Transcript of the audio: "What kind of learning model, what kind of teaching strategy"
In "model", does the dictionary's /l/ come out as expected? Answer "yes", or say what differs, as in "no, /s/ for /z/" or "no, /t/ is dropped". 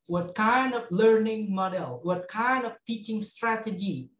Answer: yes